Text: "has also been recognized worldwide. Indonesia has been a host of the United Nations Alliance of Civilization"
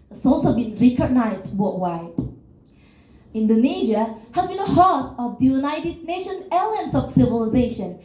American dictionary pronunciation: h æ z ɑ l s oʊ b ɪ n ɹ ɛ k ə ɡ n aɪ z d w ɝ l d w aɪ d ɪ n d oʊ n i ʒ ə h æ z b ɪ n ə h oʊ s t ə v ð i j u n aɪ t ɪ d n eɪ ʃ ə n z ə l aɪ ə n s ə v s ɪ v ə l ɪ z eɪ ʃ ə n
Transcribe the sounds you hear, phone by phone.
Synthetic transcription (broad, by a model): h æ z ɑ l s oʊ b ɪ n ɹ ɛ k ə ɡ n aɪ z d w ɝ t w aɪ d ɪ n d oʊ n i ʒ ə h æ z b ɪ n ə h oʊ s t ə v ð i j u n aɪ t ɪ d n eɪ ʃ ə n ə l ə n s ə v s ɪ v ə l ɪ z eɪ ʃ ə n